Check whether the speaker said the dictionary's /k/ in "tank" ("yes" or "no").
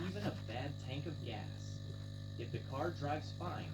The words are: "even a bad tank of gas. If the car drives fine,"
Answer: yes